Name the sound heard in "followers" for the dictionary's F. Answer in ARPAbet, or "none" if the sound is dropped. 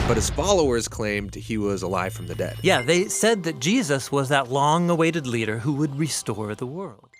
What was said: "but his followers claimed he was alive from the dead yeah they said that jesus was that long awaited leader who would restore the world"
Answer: F